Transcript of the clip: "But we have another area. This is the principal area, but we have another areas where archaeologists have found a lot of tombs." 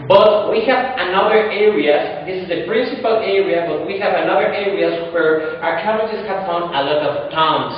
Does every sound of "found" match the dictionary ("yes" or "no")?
no